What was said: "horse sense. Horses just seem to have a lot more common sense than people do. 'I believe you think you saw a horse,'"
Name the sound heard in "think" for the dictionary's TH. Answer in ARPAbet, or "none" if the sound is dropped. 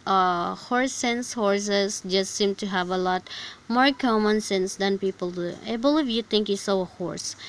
T